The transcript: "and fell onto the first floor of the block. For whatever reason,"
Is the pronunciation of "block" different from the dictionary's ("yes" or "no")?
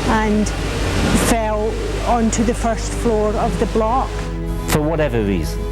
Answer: no